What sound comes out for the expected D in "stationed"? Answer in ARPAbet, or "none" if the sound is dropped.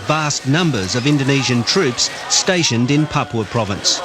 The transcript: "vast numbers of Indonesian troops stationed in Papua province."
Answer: D